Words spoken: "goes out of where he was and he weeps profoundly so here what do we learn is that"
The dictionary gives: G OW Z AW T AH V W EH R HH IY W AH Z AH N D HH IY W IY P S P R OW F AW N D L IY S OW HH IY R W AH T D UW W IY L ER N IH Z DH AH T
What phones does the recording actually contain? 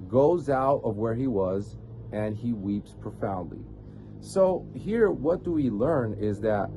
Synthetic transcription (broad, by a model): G OW Z AW T AH V W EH R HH IY W AH Z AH N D IY W IY P S P R OW F AW N D L IY S OW HH IY R W AH T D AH W IY L ER N IH Z DH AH T